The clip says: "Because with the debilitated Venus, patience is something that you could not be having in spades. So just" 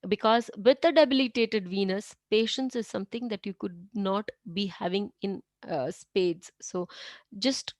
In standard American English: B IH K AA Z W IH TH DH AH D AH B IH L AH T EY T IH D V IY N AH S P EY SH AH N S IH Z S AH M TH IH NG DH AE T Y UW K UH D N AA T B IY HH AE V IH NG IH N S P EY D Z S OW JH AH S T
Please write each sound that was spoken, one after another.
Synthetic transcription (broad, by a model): B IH K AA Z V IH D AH D AH B IH L AH T EY T IH D V IY N AH S P EY SH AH N S IH Z S AH M T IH NG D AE T Y UW K UH D N AA T B IY HH AE V IH NG IH N S P EY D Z S OW JH AH S T